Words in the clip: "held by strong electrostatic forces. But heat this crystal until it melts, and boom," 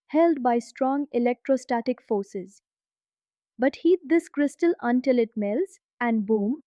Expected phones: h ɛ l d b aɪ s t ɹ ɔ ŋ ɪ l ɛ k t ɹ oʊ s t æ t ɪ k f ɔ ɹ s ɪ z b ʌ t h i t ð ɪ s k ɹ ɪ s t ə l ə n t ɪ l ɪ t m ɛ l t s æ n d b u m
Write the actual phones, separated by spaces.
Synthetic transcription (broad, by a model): h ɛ l d b aɪ s t ɹ ɔ ŋ ɪ l ɛ k t ɹ oʊ s t æ t ɪ k f ɔ ɹ s ɪ z b ʌ t h i t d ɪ s k ɹ ɪ s t ə l ə n t ɪ l ɪ t m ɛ l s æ n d b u m